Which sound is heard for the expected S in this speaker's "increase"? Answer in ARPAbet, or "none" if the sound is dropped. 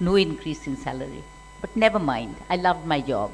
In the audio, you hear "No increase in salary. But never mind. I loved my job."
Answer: S